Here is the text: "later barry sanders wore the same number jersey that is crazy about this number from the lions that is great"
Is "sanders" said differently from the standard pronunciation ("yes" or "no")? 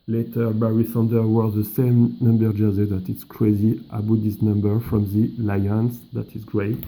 yes